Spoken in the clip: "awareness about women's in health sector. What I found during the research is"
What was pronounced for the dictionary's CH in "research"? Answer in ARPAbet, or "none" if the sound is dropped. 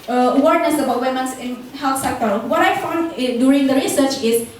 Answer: CH